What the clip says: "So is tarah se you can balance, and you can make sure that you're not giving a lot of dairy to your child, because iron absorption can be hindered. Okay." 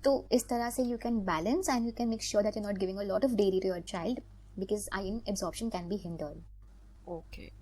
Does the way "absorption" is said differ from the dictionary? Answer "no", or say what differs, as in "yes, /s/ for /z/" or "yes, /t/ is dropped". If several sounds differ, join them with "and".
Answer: no